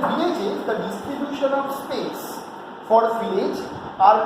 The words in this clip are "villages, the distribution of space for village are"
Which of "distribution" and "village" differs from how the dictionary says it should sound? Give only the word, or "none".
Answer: village